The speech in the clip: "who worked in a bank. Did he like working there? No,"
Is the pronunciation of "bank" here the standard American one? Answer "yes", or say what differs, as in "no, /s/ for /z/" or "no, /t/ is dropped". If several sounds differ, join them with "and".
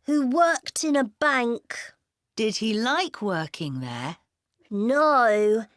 yes